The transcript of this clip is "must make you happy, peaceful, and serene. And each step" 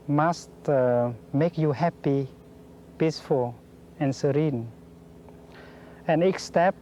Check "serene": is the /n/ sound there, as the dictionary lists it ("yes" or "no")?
yes